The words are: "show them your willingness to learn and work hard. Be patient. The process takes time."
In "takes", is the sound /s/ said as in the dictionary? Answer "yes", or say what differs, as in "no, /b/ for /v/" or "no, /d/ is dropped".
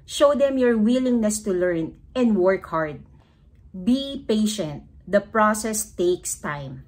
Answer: yes